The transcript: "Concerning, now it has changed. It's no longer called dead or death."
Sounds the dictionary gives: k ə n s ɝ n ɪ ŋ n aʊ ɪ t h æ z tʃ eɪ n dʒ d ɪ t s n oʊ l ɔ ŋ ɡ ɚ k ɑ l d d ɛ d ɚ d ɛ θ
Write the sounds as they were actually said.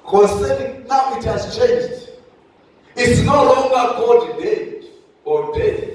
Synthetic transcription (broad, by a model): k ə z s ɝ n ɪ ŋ n aʊ ɪ t h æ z tʃ eɪ n dʒ d ɪ t s n oʊ l ɔ ŋ ɡ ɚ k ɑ d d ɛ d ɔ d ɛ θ